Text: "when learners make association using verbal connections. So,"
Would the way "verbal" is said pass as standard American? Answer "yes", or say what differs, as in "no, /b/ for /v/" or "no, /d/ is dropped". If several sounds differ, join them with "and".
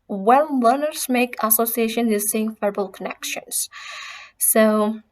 no, /f/ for /v/